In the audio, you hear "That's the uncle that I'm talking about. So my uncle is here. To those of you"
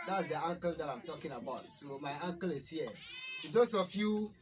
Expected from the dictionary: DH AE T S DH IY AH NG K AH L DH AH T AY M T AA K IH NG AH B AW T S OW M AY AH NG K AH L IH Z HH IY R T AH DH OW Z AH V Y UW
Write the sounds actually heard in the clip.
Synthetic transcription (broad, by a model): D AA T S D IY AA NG K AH L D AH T AY M T AA K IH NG AH B AW T S OW M AY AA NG K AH L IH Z HH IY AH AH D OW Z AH F Y UW